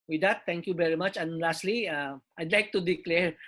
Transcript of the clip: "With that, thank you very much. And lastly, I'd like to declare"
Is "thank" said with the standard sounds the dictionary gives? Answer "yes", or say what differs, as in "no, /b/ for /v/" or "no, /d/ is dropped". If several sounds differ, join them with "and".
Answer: no, /t/ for /θ/